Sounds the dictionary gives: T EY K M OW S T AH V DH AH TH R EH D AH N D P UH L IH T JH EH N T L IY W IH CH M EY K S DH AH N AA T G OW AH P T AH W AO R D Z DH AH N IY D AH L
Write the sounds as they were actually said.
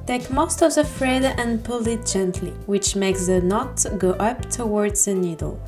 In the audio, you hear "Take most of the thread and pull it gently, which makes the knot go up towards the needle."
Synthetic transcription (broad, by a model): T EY K M OW S T AH V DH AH F R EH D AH N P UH L IH T JH EH N T L IY W IH CH M EY K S DH AH N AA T G OW AH P T AH W AO R D Z DH AH N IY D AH L